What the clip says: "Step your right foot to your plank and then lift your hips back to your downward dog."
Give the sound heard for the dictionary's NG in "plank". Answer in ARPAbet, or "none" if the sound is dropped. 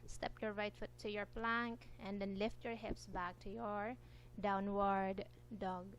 NG